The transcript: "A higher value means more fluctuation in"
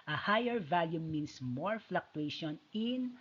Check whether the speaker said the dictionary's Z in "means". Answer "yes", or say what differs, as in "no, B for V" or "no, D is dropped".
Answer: no, S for Z